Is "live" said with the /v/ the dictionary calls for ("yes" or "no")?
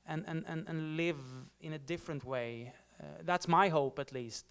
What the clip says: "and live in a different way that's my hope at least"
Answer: yes